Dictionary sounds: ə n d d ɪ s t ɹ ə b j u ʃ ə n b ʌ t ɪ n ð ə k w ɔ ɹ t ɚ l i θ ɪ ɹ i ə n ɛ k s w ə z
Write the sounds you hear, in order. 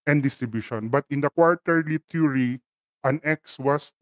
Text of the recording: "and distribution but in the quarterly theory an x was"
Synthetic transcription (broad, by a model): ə n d d ɪ s t ɹ ə b j u ʃ ə n b ʌ t ɪ n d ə k w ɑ ɹ t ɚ l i t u ɹ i ə n ɛ k s w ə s